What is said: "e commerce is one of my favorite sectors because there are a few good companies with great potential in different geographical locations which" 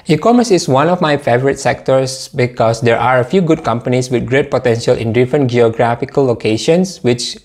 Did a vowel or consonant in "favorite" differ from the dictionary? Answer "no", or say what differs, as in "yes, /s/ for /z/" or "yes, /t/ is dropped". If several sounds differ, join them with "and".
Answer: no